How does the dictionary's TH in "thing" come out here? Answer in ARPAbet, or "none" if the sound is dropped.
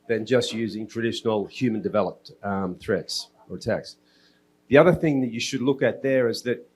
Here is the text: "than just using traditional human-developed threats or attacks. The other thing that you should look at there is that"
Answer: TH